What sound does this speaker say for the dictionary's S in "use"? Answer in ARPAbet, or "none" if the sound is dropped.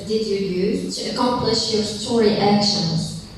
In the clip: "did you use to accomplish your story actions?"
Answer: none